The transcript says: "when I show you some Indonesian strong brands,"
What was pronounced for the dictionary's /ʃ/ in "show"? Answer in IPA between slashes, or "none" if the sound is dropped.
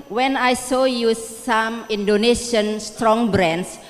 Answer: /s/